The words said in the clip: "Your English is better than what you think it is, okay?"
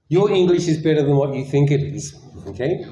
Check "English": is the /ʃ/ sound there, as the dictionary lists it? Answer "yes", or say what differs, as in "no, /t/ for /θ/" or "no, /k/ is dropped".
yes